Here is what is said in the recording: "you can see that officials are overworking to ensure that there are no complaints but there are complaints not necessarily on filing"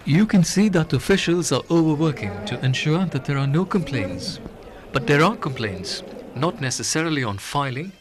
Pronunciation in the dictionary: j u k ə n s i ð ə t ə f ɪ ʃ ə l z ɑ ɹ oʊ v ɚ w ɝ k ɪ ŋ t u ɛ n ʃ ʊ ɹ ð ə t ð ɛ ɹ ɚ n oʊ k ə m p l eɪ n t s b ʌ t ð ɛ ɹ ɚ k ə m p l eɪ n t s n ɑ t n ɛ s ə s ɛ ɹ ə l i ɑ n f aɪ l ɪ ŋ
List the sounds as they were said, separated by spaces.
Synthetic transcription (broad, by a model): j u k ə n s i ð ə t ə f ɪ ʃ ə l z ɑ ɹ oʊ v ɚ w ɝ k ɪ ŋ t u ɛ n ʃ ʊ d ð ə t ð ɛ ɹ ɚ n oʊ k ə m p l eɪ n t s b ʌ t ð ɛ ɹ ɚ k ə m p l eɪ n t s n ɑ t n ɛ s ə s ɛ ɹ ə l i ɑ n f aɪ l ɪ ŋ